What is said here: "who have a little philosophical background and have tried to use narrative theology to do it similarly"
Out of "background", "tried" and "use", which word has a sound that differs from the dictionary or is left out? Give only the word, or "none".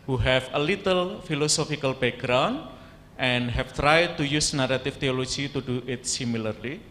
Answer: background